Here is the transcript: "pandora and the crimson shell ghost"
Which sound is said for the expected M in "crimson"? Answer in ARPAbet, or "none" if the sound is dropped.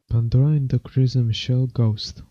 none